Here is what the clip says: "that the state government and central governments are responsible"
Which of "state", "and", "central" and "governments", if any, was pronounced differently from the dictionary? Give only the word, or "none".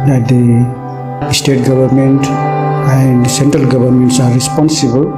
governments